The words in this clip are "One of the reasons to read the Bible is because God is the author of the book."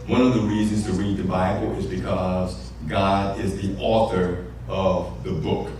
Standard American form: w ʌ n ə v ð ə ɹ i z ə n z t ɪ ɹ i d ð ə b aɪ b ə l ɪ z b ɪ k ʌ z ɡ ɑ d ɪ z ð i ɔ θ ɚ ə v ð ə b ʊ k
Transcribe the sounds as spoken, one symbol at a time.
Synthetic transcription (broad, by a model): w ʌ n ə v ð ə ɹ i z ə n z t ɪ ɹ i d ð ə b aɪ b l ɪ z b ɪ k ʌ z ɡ ɑ d ɪ z ð i ɔ θ ɚ ə v ð ə b ʊ k